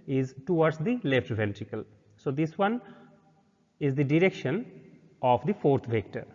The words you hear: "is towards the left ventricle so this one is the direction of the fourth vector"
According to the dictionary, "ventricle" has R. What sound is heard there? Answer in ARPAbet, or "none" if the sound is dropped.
R